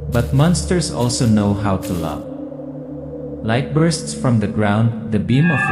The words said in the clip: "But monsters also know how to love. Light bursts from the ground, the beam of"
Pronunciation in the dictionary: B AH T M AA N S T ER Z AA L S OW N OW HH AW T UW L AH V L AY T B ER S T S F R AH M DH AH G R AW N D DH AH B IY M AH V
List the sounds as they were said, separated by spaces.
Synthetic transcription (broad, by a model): B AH T M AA N S T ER S AA L S OW N OW HH AW T UW L AH V L AY T B ER S T S F R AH M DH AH G R AW N D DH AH B IY M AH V